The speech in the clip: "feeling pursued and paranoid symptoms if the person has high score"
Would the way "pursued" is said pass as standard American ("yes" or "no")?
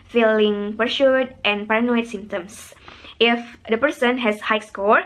no